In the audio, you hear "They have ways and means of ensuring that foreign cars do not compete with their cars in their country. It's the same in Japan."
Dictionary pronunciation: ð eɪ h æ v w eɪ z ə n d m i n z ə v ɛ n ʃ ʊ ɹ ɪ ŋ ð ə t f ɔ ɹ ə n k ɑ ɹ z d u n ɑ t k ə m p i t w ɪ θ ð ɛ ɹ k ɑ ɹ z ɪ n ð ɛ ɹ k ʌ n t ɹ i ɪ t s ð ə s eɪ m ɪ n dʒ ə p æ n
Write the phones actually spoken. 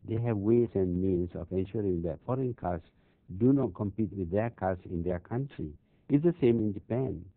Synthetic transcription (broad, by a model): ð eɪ h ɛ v w eɪ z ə n m i n s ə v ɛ n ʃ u ɹ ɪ ŋ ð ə t f ɔ ɹ ə n k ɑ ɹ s d u n ɑ t k ə m p i t w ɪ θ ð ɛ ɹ k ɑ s ɪ n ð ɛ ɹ k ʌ n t ɹ i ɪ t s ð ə s eɪ m ɪ n dʒ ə p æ n